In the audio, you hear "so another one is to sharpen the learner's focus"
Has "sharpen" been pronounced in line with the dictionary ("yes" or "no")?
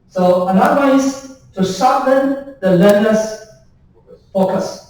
no